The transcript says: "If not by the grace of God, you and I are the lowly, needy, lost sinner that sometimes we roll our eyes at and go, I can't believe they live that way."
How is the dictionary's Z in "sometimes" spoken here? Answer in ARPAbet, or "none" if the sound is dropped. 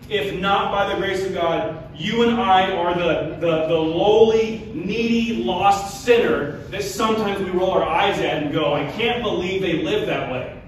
Z